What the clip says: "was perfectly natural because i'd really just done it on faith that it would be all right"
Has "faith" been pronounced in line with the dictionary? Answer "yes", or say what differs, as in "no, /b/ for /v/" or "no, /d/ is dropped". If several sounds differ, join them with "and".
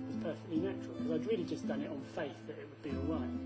yes